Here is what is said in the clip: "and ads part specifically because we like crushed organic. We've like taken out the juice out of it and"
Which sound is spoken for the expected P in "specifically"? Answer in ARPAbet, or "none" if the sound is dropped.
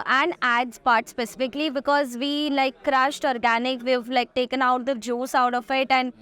P